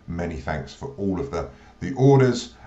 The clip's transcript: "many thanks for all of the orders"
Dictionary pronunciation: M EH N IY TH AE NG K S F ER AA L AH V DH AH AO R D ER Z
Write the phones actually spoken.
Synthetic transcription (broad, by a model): M EH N IY TH AE NG K S F ER AA L AH V DH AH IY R D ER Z